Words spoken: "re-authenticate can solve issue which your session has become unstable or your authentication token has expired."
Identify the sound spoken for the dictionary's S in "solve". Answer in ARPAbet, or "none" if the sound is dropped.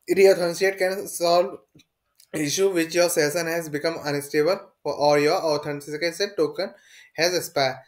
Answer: S